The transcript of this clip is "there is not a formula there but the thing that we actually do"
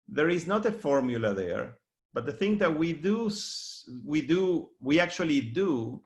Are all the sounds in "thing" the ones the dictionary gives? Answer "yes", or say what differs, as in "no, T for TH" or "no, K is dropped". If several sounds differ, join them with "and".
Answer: yes